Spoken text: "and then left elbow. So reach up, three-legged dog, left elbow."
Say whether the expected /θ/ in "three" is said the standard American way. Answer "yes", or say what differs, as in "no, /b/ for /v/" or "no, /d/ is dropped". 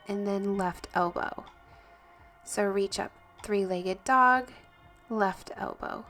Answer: yes